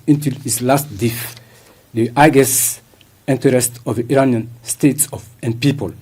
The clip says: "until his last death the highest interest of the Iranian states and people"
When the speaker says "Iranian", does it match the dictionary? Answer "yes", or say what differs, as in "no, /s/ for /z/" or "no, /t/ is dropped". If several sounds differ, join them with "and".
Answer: yes